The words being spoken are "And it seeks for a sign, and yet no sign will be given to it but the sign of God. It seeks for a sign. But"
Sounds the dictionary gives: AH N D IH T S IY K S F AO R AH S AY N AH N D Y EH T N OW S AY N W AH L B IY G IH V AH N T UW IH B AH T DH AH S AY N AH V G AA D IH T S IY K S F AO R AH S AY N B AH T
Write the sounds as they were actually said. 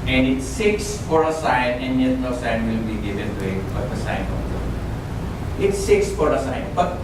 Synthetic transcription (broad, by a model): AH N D IH T S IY K S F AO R AH S AY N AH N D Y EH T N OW S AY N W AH L B IY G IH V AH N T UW IH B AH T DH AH S AY N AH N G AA IH T S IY K S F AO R AH S AY N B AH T